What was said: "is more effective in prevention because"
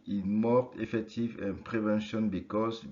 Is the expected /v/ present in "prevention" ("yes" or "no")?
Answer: yes